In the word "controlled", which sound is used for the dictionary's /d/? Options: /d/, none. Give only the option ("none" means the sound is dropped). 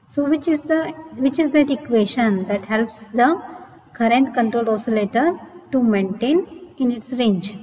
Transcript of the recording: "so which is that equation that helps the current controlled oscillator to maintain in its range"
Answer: none